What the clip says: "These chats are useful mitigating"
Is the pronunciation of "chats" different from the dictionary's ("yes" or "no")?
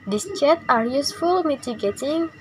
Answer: yes